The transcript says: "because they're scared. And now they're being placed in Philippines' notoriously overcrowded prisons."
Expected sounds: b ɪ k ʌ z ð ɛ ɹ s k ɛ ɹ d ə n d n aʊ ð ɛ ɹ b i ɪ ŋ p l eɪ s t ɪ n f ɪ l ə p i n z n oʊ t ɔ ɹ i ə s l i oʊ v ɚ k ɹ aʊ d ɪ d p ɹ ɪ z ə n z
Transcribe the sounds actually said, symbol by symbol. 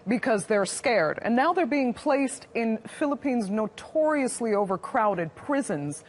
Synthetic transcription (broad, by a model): b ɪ k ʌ z ð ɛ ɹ s k ɛ ɹ d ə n n aʊ ð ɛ ɹ b i ɪ ŋ p l eɪ s t ɪ n f ɪ l ə p i n z n oʊ t ɔ ɹ i ə s l i oʊ v ɚ k ɹ aʊ d ɪ d p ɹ ɪ z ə n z